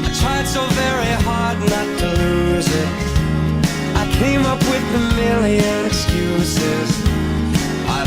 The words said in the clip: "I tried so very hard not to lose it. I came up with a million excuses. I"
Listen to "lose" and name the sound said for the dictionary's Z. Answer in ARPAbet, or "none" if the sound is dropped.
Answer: Z